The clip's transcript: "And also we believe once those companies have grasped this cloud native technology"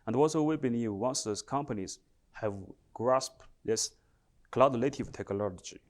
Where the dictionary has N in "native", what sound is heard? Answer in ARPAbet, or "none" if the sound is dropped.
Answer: L